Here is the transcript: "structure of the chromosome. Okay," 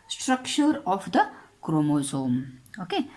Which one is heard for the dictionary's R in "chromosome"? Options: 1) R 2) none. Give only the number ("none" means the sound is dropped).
1